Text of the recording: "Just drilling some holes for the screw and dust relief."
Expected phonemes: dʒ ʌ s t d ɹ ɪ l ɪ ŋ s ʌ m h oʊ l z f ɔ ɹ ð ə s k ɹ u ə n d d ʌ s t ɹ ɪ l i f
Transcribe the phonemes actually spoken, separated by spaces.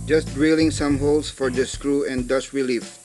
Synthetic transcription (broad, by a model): dʒ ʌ s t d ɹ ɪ l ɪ ŋ s ʌ m h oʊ l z f ɔ ɹ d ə s k ɹ u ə n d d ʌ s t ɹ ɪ l i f